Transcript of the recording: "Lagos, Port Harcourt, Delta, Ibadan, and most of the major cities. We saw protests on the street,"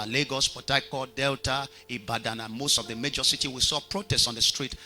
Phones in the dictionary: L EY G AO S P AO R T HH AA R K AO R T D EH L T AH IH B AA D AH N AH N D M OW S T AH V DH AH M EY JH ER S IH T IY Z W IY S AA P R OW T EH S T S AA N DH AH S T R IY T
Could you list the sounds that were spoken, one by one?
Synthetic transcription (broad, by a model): L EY G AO S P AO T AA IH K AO D EH L T AH IH B AA D AH N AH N M OW S T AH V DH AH M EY JH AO S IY T IY W IY S AA P R OW T EH S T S AA N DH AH S T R IY T